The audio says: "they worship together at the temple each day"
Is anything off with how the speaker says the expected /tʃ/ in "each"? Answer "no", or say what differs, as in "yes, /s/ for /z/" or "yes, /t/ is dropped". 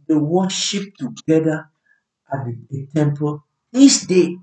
yes, /s/ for /tʃ/